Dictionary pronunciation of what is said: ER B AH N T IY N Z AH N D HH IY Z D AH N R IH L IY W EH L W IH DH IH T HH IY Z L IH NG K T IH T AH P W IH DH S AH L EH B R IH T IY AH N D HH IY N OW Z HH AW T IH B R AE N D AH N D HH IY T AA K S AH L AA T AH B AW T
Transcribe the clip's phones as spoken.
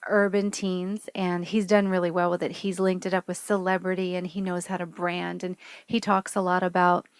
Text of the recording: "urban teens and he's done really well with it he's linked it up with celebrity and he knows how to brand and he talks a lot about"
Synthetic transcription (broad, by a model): ER B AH N T IY N Z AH N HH IY Z D AH N R IH L IY W EH L DH IH T HH IY Z L IH NG K T IH T AH P W IH DH S AH L EH B R IH T IY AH N IY N OW Z HH AW T IH B R AE N D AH N IY T AA K S AH L AA T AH B AW T